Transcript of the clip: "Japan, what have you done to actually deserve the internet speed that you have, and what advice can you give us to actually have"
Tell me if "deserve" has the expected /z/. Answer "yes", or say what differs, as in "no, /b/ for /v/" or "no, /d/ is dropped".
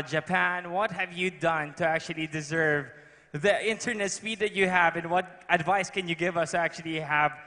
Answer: yes